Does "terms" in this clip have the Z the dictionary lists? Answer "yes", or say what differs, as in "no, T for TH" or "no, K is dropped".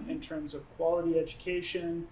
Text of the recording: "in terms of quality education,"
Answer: yes